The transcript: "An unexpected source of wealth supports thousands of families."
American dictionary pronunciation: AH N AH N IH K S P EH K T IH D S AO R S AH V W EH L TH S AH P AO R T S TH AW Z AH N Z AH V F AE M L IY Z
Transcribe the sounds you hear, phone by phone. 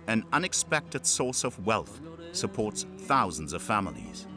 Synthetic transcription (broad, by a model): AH N AH N IH K S P EH K T IH D S AO R S AH V W EH L TH S AH P AO R T S TH AW Z N Z AH V F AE M L IY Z